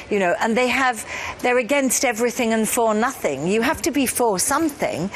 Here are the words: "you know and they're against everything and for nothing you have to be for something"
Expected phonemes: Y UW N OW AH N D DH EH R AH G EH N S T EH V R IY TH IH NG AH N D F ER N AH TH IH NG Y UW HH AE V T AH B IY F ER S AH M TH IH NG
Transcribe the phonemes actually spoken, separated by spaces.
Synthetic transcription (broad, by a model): Y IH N OW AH N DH DH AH R AH G EH N S T EH V R IY TH IH NG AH N F ER N AH TH IH NG Y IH HH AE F T AH B IY F ER S AH M TH IH NG